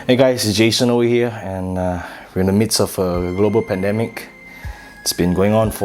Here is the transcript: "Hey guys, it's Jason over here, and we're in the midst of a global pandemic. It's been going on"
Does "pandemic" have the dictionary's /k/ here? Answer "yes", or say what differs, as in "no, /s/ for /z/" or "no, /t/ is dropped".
yes